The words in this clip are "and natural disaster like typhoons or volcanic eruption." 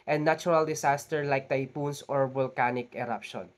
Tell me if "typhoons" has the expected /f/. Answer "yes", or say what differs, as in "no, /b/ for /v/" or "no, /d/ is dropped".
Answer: no, /p/ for /f/